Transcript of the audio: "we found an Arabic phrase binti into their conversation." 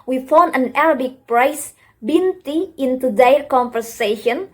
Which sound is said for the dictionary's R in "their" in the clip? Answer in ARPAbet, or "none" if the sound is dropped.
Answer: L